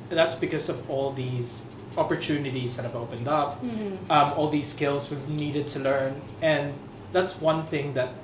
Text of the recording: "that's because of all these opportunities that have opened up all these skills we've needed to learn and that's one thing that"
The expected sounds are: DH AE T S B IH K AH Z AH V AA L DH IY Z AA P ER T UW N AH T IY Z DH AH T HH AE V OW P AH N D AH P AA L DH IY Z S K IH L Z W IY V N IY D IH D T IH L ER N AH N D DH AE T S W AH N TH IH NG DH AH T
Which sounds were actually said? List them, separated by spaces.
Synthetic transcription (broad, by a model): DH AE T S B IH K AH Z AH V AA L DH IY Z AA P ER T UW N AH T IY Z DH AH T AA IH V OW P AH N D AH P AA L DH IY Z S K IH L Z W IY V N IY D IH D T IH L ER N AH N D DH AE T S W AH N TH IH NG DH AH T